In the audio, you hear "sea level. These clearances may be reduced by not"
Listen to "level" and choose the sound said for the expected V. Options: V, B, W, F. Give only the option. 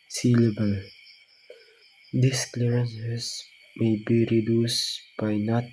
B